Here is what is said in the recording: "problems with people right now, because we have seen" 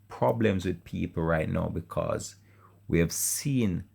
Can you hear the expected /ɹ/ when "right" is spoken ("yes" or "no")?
yes